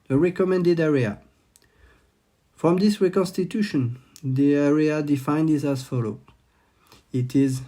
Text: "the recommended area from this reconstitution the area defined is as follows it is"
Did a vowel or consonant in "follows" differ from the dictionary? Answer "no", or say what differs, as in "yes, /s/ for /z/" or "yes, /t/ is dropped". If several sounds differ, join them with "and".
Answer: yes, /z/ is dropped